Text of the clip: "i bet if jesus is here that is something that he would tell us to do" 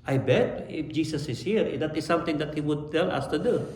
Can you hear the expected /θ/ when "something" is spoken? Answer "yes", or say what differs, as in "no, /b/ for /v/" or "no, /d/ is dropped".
no, /t/ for /θ/